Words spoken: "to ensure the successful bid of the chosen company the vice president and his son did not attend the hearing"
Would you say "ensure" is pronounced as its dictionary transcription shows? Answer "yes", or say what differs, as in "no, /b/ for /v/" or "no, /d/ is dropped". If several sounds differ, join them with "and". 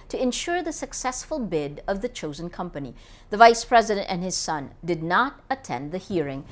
yes